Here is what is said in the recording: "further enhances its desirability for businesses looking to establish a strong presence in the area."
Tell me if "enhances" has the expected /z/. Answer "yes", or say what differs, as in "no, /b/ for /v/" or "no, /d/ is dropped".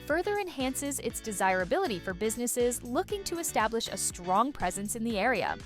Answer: yes